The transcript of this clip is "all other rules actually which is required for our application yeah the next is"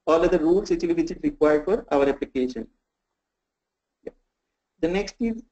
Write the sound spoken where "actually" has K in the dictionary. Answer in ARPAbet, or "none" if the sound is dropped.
none